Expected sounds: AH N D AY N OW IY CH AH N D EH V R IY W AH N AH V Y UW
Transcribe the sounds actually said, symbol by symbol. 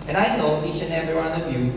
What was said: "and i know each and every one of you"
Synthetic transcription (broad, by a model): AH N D AY N OW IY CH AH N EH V IY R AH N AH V Y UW